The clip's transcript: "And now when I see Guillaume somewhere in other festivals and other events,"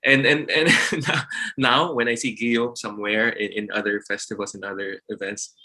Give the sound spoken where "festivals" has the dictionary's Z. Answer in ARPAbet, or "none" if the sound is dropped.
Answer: S